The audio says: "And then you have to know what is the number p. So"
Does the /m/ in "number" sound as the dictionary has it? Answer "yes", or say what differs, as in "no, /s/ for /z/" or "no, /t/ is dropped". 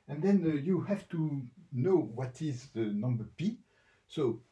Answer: yes